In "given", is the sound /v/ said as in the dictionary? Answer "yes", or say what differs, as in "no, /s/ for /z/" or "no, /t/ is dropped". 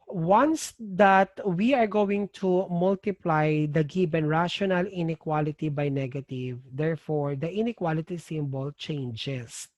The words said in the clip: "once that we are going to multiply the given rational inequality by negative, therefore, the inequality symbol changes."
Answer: no, /b/ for /v/